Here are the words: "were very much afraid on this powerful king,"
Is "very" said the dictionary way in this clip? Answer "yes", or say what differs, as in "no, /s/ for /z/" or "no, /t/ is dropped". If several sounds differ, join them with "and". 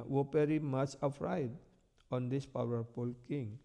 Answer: no, /p/ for /v/